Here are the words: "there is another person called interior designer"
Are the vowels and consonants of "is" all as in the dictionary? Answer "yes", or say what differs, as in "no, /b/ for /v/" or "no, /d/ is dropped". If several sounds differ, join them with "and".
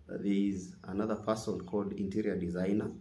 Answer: yes